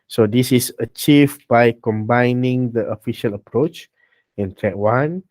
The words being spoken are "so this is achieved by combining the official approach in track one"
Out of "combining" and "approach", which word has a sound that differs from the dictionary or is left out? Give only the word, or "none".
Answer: none